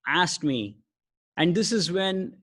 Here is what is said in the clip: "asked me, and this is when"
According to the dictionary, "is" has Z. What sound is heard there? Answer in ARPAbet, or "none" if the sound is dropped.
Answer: Z